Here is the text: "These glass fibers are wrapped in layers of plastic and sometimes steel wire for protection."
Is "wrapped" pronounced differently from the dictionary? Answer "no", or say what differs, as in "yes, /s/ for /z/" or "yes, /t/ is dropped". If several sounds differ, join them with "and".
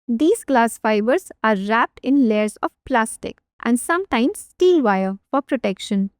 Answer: no